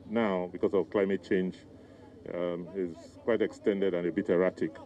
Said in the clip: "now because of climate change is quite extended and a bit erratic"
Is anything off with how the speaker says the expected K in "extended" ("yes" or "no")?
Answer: no